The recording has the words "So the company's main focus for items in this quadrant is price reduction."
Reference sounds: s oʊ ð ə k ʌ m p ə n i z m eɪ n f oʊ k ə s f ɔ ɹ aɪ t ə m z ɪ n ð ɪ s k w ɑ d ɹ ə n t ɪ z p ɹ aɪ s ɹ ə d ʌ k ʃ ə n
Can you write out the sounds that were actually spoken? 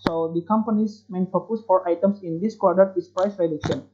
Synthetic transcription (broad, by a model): s oʊ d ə k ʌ m p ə n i s m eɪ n f oʊ k ə s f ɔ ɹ aɪ t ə m s ɪ n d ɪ s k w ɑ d ə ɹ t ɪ s p ɹ aɪ s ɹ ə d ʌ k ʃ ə n